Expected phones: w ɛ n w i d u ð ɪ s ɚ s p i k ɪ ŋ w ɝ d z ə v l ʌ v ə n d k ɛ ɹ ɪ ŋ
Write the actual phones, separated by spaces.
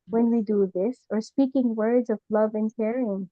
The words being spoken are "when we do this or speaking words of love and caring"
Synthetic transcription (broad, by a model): w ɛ n w i d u ð ɪ s ɚ s p i k ɪ ŋ w ɝ d z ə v l ʌ v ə n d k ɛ ɹ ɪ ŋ